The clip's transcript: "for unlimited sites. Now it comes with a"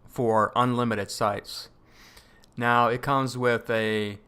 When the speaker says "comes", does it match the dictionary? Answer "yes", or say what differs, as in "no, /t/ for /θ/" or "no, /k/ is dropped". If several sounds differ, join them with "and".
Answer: yes